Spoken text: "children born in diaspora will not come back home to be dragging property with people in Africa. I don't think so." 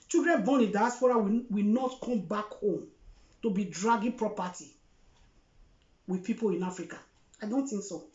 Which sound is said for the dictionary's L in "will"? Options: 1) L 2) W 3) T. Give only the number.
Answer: 2